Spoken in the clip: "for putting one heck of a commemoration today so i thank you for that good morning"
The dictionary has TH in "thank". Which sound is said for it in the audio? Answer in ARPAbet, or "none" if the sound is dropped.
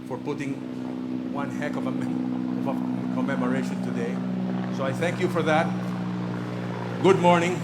TH